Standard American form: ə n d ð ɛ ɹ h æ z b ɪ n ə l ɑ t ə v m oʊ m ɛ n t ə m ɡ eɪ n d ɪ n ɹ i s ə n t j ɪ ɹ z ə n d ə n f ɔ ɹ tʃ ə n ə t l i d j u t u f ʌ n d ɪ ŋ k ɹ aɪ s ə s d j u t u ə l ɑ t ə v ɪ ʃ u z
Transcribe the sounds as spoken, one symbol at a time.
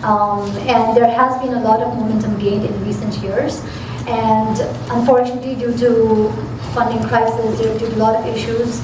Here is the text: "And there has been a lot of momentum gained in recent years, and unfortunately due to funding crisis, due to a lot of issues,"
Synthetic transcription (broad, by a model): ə n d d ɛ ɹ h æ z b ɪ n ə l ɑ t ə v m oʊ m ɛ n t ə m ɡ eɪ n d ɪ n ɹ i s ə n t j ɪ ɹ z ə n d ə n f ɔ ɹ tʃ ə n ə t l i d j u t u f ʌ n d ɪ ŋ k ɹ aɪ s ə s d j u t u l ɑ t ə v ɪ ʃ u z